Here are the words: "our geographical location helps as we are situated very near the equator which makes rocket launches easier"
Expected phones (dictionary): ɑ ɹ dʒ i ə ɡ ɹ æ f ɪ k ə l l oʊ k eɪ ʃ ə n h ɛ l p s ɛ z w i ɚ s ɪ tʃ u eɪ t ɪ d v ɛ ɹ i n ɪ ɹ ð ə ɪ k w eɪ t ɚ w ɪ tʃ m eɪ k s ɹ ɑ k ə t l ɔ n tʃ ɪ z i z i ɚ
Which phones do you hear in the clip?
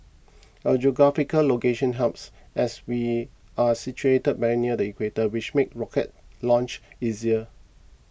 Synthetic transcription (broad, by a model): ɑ dʒ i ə ɡ ɹ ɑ f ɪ k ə l l oʊ k eɪ ʃ ə n h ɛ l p s ɛ s w i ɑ s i tʃ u eɪ t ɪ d b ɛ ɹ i n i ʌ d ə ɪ k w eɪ t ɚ w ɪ tʃ m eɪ k ɹ ɑ k ə t l ɔ n tʃ ɪ z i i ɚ